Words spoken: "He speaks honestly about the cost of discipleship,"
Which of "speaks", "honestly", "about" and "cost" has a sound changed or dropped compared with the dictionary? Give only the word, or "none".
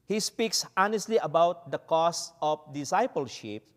cost